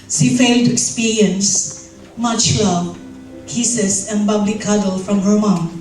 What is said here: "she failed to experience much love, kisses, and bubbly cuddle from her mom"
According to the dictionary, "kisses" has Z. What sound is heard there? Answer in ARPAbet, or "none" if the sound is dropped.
S